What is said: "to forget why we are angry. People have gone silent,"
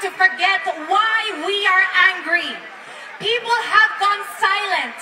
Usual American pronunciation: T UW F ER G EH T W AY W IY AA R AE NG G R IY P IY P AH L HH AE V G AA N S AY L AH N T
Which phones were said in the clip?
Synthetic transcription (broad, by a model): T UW F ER G EH T W AY W IY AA R AE NG G R IY P IY P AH L HH AE V G AA N S AY L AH N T